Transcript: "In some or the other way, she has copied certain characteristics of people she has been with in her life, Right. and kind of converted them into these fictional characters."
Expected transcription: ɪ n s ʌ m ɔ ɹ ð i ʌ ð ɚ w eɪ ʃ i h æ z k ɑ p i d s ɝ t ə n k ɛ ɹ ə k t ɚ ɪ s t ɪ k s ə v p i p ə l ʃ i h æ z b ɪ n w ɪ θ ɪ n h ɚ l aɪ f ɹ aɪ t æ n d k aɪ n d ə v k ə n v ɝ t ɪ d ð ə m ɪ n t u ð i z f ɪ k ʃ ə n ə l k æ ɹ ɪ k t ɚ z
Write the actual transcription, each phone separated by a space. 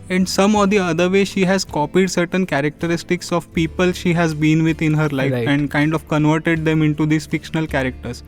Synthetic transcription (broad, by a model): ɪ n s ʌ m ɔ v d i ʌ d ɚ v eɪ ʃ i h æ z k ɑ p i d s ɝ t ə n k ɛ ɹ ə k t ɚ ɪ s t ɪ k s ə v p i p ə l ʃ i h æ z b ɪ n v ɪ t ɪ n h ɚ l aɪ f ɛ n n d k aɪ n d ə v k ə n v ɝ t ɪ d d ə m ɪ n t u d i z f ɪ k ʃ ə n ə l k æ ɹ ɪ k t ɚ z